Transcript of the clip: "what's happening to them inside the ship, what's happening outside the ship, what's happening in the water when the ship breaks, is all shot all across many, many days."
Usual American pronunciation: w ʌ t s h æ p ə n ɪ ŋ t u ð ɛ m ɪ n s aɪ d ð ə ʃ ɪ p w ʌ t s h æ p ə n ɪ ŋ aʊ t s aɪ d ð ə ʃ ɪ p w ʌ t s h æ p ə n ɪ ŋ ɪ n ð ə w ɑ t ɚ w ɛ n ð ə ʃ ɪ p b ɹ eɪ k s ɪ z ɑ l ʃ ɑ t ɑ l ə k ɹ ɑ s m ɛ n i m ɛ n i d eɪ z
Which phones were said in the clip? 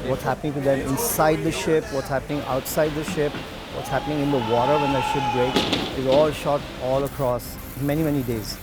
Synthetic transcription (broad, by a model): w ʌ t s h æ p ə n ɪ ŋ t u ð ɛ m ɪ n s aɪ d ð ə ʃ ɪ p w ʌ t s h æ p ə n ɪ ŋ aʊ t s aɪ d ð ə ʃ ɪ p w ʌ t s h æ p ə n ɪ ŋ ɪ n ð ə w ɑ t ɚ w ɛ n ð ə ʃ ɪ p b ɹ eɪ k ɪ z ɑ l ʃ ɑ t ɑ l ə k ɹ ɑ s m ɛ n i m ɛ n i d eɪ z